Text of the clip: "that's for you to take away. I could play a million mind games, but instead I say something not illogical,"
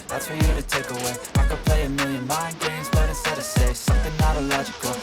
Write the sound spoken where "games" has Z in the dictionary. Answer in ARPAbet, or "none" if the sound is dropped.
Z